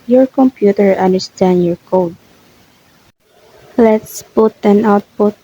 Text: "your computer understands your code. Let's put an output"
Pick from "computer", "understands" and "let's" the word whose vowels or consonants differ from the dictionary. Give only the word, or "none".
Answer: understands